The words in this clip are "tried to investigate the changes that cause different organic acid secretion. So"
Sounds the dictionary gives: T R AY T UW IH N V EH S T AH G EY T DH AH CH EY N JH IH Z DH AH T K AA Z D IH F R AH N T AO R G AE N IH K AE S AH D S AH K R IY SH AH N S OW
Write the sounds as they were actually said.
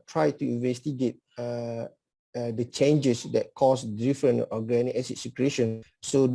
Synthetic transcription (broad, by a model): T R AY T UW IH N V EH S T AH G EY T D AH CH EY N JH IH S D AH T K AA S D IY F R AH N AO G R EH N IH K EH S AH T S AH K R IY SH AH N S OW